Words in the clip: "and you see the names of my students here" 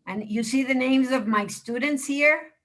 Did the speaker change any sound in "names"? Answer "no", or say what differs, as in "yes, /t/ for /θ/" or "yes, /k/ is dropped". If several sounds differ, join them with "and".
no